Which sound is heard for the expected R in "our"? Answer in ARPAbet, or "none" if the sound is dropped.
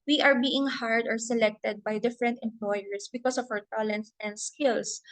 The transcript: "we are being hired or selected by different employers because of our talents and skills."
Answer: W